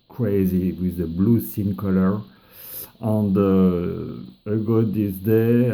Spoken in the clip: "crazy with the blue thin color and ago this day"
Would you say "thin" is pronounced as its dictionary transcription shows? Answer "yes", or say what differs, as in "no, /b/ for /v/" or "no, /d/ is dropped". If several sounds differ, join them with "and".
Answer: no, /s/ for /θ/